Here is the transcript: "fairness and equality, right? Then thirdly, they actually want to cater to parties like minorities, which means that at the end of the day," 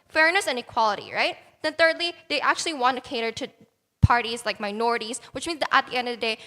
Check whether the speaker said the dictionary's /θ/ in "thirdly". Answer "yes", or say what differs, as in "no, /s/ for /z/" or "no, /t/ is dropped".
yes